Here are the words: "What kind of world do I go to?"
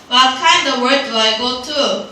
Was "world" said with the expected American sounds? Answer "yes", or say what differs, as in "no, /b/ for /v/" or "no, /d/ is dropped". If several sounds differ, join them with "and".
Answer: no, /l/ is dropped